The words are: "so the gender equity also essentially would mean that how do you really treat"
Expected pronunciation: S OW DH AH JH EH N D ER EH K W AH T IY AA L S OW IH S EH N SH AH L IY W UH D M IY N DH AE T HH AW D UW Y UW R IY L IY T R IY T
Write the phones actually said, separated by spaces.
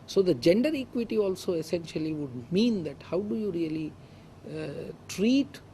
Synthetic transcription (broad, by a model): S OW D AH JH EH N D ER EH K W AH T IY AA L S OW IH S EH N SH AH L IY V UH D M IY N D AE T HH AW D UW Y UW R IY L IY T R IY T